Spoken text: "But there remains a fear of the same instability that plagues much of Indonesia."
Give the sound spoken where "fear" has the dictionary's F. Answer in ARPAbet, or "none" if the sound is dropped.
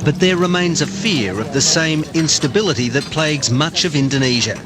F